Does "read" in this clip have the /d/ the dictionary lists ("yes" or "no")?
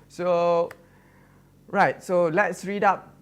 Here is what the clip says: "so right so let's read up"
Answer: yes